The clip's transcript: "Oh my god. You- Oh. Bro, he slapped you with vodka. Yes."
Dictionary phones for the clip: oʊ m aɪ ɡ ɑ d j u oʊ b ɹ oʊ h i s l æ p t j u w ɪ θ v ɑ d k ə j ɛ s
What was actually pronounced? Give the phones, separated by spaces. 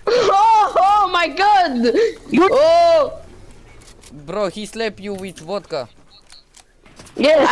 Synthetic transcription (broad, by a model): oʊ m aɪ ɡ ɑ d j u oʊ b ɹ oʊ h i s l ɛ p j u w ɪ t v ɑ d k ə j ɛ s